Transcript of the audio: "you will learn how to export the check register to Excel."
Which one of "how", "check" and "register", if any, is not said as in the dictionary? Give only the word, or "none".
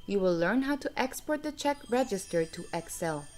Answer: none